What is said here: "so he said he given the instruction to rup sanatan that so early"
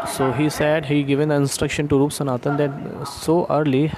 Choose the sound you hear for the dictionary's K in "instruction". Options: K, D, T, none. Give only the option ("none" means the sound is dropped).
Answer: K